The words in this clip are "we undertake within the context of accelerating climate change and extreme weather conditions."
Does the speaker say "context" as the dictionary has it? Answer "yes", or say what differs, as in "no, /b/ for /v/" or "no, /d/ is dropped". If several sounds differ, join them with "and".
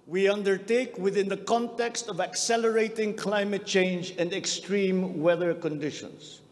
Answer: yes